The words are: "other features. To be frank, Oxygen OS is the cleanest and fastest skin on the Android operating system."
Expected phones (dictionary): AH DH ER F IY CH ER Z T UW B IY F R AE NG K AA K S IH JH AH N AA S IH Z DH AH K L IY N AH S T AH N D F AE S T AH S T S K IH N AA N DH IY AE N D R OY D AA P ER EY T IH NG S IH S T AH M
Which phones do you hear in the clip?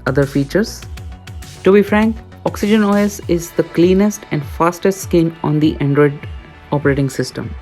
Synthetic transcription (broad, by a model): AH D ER F IY CH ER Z T UW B IY F R AE NG K AA K S IH JH AH N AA S IH Z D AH K L IY N AH S T AH N D F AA S T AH S T S K IH N AA N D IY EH N D R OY D AA P ER EY T IH NG S IH S T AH M